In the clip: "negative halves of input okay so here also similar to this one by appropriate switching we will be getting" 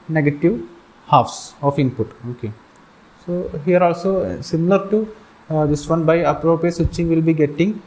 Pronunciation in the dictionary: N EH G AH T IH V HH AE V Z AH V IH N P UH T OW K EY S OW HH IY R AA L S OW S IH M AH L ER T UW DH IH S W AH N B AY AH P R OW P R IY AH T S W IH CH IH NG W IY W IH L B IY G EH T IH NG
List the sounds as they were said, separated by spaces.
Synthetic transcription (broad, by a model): N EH G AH T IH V HH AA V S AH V IH N P UH T OW K EY S OW HH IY R AA L S OW S IH M AH L ER T UW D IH S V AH N B AY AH P R OW P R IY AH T S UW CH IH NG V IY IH L B IY G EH T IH NG